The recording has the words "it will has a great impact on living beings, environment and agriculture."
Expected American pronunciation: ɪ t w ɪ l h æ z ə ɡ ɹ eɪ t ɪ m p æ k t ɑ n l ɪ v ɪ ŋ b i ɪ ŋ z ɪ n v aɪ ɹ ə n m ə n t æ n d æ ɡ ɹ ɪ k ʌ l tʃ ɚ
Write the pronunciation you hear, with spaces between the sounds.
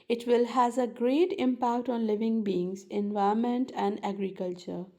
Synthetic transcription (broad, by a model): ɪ t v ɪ l h æ z ə ɡ ɹ eɪ t ɪ m p æ k t ɑ n l ɪ v ɪ ŋ b i ɪ ŋ z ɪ n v aɪ ə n m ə n t æ n d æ ɡ ɹ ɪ k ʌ l tʃ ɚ